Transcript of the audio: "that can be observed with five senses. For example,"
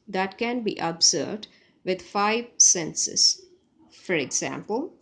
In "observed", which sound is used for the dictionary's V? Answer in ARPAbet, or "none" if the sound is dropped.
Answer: none